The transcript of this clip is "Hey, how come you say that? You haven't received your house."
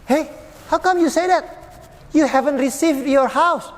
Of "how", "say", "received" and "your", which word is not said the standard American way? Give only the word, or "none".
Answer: none